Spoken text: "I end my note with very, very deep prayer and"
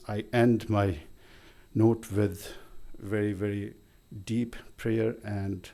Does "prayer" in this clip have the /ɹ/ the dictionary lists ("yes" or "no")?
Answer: yes